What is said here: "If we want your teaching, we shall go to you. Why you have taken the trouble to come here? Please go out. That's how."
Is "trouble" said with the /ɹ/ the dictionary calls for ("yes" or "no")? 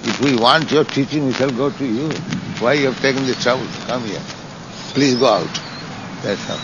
yes